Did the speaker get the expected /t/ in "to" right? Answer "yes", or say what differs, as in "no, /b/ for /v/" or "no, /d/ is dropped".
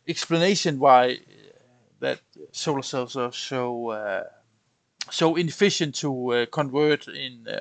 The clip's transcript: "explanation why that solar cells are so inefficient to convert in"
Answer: yes